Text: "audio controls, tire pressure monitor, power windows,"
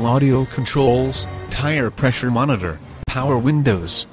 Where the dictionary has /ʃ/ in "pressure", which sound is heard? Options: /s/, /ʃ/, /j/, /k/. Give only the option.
/ʃ/